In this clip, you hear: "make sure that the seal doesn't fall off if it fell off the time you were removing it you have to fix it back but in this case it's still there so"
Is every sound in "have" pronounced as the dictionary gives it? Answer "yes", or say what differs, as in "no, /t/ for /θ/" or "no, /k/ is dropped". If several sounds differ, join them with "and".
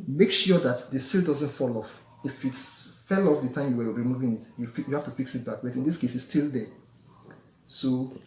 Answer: no, /f/ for /v/